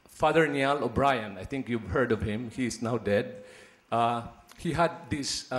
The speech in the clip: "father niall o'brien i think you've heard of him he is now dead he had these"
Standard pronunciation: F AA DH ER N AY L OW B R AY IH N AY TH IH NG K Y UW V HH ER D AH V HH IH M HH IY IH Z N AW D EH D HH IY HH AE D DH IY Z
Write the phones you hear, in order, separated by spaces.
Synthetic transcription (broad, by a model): F AA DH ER N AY L OW B R AY IH N AY T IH NG K Y UW V HH ER D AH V HH IH M HH IY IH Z N AW D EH D HH IY HH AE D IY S